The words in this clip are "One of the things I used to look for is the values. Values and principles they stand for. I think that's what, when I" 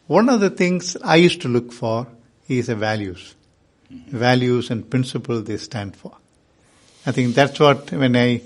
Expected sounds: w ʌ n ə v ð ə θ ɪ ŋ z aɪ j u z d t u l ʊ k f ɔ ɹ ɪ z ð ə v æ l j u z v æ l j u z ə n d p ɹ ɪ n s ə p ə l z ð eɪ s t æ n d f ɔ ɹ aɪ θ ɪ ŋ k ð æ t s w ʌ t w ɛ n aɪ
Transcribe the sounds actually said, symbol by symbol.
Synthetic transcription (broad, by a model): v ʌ n ə v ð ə t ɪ ŋ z aɪ j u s t u l ʊ k f ɔ ɹ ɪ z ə v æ l j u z v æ l j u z ə n d p ɹ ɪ n s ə p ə l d eɪ s t æ n d f ɔ ɹ aɪ t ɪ ŋ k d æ t s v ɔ t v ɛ n aɪ